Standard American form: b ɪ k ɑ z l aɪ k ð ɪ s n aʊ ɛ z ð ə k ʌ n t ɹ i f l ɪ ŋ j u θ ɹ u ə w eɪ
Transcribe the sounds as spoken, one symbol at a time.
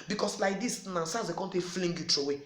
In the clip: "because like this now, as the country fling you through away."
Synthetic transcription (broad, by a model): b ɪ k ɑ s l aɪ k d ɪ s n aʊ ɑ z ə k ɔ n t i f l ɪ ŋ j u t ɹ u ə w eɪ